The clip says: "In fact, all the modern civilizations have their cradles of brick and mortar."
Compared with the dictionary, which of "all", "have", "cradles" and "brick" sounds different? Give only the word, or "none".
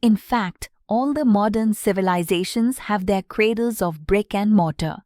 none